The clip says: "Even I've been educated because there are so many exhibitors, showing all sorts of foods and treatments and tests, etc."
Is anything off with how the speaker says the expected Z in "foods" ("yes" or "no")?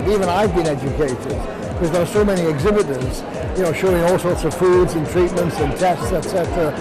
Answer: no